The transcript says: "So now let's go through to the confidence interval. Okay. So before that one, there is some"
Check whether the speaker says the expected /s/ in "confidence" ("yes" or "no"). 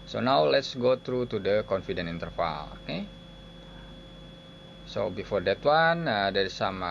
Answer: no